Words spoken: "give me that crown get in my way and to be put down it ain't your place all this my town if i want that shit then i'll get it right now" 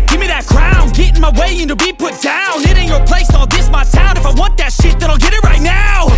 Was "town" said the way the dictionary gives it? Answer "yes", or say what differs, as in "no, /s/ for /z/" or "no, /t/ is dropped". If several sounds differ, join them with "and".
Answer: no, /s/ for /t/